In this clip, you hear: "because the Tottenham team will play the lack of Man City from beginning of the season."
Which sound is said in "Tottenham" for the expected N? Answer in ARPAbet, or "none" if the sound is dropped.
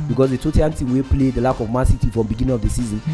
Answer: none